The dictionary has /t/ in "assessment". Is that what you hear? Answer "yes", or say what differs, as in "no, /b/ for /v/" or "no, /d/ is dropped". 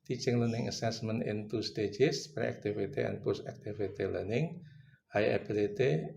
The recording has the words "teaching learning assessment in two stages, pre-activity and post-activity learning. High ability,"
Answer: no, /t/ is dropped